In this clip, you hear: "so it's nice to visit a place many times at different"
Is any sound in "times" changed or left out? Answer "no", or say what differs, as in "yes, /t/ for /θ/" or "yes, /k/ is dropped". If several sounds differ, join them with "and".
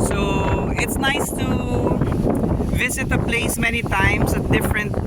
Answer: yes, /s/ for /z/